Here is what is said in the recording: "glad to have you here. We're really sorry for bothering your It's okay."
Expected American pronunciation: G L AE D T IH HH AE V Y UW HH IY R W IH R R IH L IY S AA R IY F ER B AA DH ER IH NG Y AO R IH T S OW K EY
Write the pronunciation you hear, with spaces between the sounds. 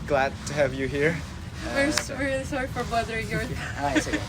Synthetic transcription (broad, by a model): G L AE D T IH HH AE V Y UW HH IY R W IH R W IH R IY S AA R IY F ER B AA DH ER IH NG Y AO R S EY